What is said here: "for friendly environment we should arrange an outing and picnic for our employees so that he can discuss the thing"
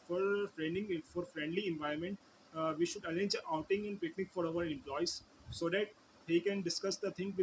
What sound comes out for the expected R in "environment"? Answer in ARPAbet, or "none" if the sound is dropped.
none